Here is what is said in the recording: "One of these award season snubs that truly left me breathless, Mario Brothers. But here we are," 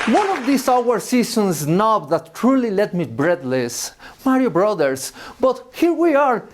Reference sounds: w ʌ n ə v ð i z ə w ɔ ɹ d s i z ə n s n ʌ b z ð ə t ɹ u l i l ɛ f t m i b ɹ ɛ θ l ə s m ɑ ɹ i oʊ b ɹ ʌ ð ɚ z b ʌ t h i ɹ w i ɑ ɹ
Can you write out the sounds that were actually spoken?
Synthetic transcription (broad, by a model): w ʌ n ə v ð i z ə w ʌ ɹ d s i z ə n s n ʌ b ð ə t ɹ u l i l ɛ t m i b ɹ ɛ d l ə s m ɑ ɹ i oʊ b ɹ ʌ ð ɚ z b ʌ t h i ɹ w i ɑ ɹ